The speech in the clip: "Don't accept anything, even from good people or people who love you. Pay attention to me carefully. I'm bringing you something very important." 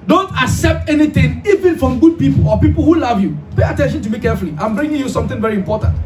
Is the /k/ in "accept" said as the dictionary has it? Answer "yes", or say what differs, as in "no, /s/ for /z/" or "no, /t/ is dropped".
yes